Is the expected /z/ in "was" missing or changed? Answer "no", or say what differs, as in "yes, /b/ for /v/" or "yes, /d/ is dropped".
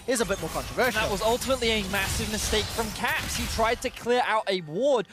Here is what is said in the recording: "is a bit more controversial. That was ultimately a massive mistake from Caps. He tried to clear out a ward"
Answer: no